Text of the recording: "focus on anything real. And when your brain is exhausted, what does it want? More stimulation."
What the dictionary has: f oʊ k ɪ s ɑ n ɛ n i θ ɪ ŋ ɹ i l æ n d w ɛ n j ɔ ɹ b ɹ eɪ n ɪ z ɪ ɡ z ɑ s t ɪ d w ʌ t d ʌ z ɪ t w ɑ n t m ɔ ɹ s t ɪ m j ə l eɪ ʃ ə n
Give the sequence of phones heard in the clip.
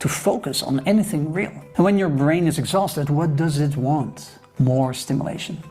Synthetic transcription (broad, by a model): f oʊ k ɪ s n ɛ n i θ ɪ ŋ ɹ i l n w ɛ n j ɔ ɹ b ɹ eɪ n ɪ z ɪ ɡ z ɑ s t ɪ d w ʌ t d ʌ z ɪ t w ɑ n t m ɔ ɹ s t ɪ m j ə l eɪ ʃ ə n